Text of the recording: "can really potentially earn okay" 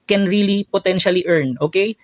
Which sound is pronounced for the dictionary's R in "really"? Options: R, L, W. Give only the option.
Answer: R